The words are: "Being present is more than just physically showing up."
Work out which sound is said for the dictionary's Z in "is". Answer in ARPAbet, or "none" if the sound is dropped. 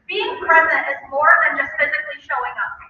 Z